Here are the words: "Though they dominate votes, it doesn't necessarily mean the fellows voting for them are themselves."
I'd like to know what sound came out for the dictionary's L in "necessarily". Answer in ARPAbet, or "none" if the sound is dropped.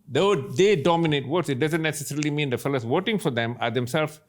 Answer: L